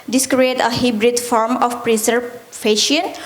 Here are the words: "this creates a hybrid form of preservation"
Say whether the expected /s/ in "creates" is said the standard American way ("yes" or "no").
no